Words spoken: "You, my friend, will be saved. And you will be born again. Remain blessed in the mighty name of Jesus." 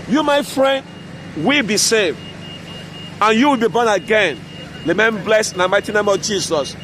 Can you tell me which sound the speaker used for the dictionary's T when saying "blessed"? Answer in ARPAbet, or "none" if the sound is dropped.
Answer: none